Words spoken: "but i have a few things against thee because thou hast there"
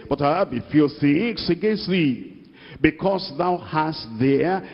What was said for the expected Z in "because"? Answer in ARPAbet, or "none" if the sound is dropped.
S